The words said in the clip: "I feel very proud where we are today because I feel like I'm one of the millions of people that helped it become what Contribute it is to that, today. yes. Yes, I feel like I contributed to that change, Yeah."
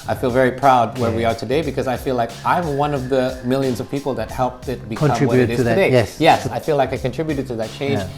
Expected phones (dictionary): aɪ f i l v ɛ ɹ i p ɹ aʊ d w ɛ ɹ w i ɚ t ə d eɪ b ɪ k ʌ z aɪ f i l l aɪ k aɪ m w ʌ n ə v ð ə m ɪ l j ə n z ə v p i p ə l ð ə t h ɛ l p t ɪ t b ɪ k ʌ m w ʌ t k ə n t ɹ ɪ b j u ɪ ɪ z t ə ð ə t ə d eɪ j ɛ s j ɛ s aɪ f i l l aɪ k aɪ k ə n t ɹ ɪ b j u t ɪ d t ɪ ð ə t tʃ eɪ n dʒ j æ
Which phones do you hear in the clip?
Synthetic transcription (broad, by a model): aɪ f i l v ɛ ɹ i p ɹ aʊ d w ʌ ɹ w i ɚ t ə d eɪ b ɪ k ʌ z aɪ f i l l aɪ k aɪ m w ʌ n ə v ð ə m ɪ l j ə n z ə v p i p l ð ə t h ɛ l p t ɪ t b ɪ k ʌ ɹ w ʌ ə t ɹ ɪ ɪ ɪ z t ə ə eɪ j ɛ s j ɛ s aɪ f i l l aɪ k aɪ k ə n t ɹ ɪ b j u t ɪ d t ɪ ð ə t tʃ eɪ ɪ